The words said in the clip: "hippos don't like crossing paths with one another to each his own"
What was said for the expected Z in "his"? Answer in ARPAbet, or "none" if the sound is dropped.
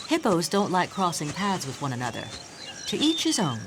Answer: Z